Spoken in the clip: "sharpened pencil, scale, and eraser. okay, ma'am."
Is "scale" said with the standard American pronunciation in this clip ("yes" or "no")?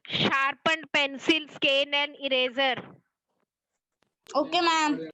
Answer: no